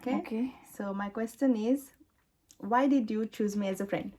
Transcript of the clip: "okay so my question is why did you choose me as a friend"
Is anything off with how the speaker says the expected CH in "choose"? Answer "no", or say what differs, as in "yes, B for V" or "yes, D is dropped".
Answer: no